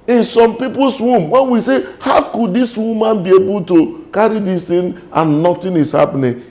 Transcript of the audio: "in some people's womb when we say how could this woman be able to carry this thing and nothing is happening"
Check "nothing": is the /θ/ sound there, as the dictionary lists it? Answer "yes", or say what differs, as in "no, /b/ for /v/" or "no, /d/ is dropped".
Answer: no, /t/ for /θ/